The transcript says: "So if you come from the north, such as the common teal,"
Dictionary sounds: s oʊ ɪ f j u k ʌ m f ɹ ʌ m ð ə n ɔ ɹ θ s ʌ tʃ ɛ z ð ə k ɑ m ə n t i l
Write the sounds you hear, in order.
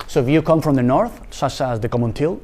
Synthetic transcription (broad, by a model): s oʊ ɪ f j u k ʌ m f ɹ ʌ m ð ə n ɔ ɹ θ s ʌ tʃ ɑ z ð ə k ɑ m ə n t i l